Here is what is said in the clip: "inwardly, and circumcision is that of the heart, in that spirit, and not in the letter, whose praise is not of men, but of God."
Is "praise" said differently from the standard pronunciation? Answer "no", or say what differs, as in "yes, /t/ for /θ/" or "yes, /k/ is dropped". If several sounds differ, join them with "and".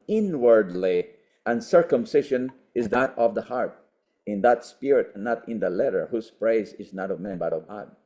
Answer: no